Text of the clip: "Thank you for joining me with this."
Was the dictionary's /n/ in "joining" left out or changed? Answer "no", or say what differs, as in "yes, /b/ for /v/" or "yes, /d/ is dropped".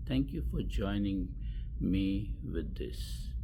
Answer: no